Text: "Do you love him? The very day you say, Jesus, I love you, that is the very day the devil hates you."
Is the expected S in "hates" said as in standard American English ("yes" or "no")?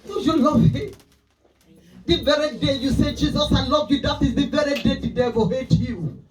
no